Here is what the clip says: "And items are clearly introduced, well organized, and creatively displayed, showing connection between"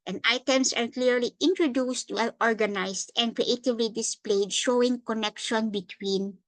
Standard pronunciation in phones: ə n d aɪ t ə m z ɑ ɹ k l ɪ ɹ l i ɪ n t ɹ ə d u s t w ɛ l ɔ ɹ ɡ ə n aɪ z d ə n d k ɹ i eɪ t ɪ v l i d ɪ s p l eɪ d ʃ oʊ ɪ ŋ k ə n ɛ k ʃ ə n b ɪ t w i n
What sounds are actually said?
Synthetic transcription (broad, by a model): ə n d aɪ t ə m s ɑ ɹ k l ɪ ɹ l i ɪ n t ɹ ə d u s t w ɛ l ɔ ɹ ɡ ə n aɪ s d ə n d k ɹ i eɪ t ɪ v l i d ɪ s p l eɪ d ʃ oʊ ɪ ŋ k ə n ɛ k ʃ ə n b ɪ t w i n